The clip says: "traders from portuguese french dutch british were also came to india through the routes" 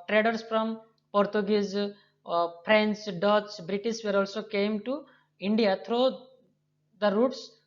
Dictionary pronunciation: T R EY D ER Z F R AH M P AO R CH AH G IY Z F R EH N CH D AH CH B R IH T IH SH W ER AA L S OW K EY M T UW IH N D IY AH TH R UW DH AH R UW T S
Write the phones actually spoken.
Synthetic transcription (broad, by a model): T R EY D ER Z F R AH M P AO R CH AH G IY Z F R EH N S D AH S B R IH T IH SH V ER AA L S OW K EY M T UW IH N D IY AH T R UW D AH R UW T S